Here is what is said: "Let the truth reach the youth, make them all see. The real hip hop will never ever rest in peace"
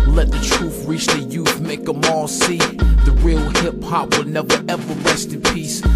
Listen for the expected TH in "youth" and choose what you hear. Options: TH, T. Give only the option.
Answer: TH